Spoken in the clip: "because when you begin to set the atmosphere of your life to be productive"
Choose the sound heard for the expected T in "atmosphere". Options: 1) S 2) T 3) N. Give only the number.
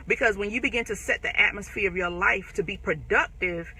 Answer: 2